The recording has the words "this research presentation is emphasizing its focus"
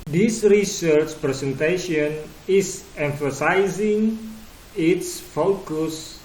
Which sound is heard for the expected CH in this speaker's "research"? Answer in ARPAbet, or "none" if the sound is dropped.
CH